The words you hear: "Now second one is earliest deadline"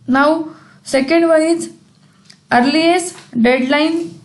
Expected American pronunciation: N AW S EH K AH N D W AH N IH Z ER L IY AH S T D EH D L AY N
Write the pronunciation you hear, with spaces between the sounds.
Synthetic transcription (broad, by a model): N AW S EH K AH N D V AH L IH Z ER L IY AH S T D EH D L AY N